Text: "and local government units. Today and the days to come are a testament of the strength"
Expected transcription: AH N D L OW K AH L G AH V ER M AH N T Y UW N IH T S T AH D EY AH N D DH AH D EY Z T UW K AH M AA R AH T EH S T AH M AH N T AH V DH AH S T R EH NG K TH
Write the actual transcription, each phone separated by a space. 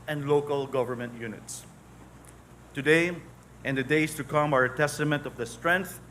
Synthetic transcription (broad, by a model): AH N D L OW K AH L G AH V ER M AH N T Y UW N IH T S T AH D EY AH N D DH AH D EY S T UW K AH M AA R AH T EH S T AH M AH N T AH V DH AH S T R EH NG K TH